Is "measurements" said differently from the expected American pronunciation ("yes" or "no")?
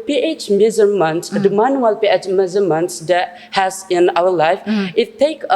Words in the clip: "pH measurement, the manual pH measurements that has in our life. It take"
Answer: yes